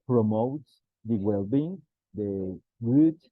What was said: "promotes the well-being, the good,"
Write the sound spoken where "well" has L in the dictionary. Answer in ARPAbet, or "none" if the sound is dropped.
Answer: L